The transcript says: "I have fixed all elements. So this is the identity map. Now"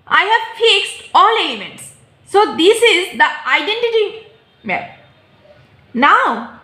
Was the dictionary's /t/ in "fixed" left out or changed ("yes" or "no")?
no